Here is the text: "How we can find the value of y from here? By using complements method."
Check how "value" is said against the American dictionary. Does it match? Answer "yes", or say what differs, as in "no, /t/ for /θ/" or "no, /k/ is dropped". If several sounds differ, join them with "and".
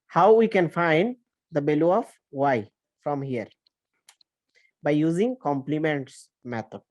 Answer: no, /b/ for /v/